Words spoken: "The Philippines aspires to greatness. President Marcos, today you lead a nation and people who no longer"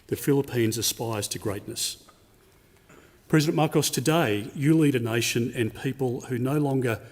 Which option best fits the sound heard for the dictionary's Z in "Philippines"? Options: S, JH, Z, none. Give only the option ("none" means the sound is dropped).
Z